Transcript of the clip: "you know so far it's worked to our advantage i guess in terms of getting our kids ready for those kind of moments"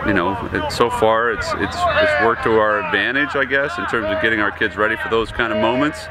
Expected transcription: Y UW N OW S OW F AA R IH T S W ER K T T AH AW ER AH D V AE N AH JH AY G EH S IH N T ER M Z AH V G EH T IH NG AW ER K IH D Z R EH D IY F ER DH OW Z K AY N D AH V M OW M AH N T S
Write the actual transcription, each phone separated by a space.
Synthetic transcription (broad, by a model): Y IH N OW S OW F AA R IH T S W ER K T T AH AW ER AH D V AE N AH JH AY G EH S IH N T ER M Z AH V G EH T IH NG AW ER K IH D Z R EH D IY F ER DH OW Z K AY N D AH V M OW M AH N T S